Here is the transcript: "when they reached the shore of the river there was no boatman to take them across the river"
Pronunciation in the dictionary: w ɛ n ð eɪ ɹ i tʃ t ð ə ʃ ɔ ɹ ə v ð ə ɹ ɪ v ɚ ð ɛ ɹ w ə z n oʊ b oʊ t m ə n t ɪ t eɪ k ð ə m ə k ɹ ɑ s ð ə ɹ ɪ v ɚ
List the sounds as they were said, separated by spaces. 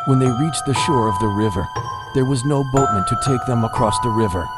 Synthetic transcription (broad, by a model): w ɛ n ð eɪ ɹ i tʃ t ð ə ʃ ɔ ɹ ə v ð ə ɹ ɪ v ɚ ð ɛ ɹ w ə z n oʊ b oʊ t m ə n t ɪ t eɪ k ð ə m ə k ɹ ɑ s ð ə ɹ ɪ v ɚ